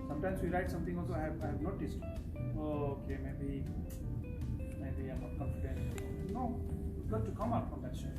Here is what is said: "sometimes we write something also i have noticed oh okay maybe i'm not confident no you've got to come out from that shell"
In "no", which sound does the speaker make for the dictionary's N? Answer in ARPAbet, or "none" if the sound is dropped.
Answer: L